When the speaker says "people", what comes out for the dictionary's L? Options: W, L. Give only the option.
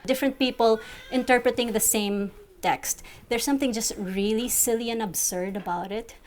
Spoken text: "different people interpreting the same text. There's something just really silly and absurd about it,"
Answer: L